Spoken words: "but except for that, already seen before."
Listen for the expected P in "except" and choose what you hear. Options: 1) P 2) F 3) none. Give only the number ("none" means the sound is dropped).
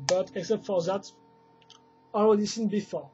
1